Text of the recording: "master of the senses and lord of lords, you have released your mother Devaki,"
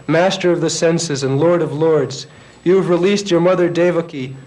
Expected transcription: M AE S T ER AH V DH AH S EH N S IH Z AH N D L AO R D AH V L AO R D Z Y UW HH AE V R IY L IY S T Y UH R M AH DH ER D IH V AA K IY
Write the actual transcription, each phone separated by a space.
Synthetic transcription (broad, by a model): M AE S T ER AH V DH AH S EH N S IH Z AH N L AO R D AH V L AO R D Z Y UW V R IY L IY S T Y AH R M AH DH ER D IH V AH K IY